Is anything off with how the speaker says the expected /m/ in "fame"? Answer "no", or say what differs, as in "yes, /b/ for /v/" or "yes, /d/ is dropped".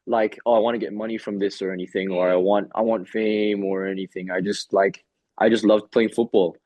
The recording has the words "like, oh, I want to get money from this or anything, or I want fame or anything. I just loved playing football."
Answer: no